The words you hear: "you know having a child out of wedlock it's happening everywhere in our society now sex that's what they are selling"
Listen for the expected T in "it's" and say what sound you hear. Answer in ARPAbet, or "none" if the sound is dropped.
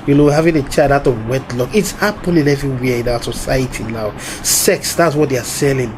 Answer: T